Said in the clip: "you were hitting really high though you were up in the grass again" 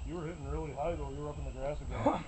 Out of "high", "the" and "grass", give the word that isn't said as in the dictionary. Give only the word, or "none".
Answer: none